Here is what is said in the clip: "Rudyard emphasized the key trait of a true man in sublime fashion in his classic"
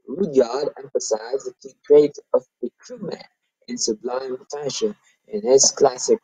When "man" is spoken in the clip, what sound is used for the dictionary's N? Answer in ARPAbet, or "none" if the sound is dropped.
none